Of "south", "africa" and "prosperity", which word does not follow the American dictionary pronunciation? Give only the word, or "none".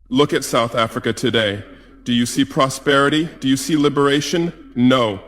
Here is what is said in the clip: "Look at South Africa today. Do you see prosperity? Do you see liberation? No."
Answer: none